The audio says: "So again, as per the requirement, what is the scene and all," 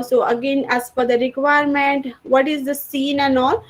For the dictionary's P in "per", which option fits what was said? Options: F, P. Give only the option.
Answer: F